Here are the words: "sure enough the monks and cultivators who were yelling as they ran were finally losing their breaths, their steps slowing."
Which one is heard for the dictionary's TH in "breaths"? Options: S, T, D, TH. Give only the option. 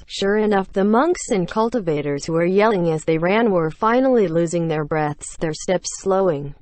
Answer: TH